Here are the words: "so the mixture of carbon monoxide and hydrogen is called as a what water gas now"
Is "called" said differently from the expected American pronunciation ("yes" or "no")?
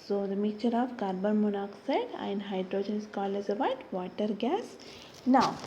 yes